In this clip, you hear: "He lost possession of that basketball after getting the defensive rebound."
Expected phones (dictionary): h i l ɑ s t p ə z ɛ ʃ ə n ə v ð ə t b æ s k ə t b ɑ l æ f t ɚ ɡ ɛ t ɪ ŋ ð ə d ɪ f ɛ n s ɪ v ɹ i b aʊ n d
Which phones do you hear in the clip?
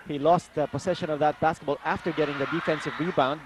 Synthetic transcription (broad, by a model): h i l ɑ s t p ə s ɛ ʃ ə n ə v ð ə t b æ s k ə t b ɑ l æ f t ɚ ɡ ɛ t ɪ ŋ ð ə d ɪ f ɛ n s ɪ v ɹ i b aʊ n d